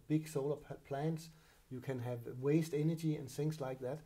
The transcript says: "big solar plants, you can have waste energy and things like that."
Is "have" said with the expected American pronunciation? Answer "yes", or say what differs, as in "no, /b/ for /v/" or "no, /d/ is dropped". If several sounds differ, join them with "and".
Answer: yes